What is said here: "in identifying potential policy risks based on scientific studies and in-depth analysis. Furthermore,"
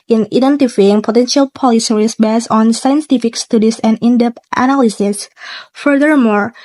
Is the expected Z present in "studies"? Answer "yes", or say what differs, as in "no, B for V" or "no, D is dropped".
no, S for Z